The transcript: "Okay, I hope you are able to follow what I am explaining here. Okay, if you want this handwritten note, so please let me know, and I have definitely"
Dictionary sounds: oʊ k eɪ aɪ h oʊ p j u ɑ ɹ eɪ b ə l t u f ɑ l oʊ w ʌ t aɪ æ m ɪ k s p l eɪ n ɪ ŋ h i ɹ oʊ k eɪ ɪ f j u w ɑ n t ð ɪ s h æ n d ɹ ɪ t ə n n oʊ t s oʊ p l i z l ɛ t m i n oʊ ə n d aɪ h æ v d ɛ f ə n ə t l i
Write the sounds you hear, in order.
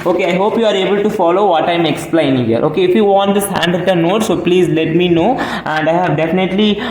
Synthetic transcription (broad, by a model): oʊ k eɪ aɪ h oʊ p j u ɑ ɹ eɪ b ə l t u f ɑ l oʊ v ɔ t aɪ m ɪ k s p l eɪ ɪ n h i ɹ oʊ k eɪ ɪ f j u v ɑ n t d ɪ s h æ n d ɪ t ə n n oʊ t s oʊ p l i z l ɛ t m i n oʊ ə n d aɪ h æ v d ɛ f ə n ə t l i